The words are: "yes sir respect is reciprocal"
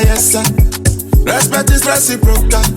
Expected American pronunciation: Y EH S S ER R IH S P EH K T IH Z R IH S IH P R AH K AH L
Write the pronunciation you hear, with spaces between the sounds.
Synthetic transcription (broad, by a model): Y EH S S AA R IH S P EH T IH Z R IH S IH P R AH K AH